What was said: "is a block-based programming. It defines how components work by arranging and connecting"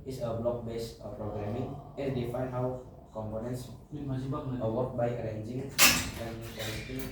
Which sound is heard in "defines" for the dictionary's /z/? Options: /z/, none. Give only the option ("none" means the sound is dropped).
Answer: none